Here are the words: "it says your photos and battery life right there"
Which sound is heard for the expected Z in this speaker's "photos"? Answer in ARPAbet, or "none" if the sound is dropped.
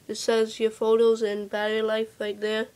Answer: Z